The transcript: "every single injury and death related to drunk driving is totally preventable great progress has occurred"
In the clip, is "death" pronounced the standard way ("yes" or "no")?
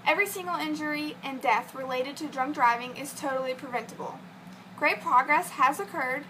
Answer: yes